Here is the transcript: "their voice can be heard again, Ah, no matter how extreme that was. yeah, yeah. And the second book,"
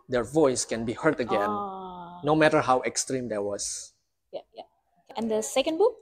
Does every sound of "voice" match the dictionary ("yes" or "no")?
yes